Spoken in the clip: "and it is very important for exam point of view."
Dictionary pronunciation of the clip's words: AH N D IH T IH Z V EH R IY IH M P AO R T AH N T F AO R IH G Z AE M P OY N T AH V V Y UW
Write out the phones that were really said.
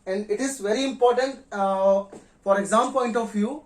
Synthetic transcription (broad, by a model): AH N D IH T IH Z V EH R IY IH M P AO R T AH N T F AO R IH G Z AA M P OY N T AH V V Y UW